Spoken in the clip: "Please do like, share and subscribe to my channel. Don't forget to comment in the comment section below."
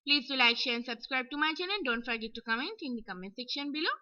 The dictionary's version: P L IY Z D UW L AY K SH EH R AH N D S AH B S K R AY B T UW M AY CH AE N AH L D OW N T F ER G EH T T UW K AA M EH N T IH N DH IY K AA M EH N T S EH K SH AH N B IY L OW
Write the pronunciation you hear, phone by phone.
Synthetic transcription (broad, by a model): P L IY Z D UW L AY K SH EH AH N S AH B S K R AY B T UW M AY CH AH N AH N D OW N T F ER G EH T T UW K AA M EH N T IH N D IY K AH M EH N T S EH K SH AH N B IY L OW